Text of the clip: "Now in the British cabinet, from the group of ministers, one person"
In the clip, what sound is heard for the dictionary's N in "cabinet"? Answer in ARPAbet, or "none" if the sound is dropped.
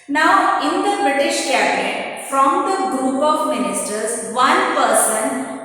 none